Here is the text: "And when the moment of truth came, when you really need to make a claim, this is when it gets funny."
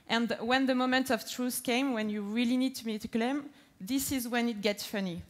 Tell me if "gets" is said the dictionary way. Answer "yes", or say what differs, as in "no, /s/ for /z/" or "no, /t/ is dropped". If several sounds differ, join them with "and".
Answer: yes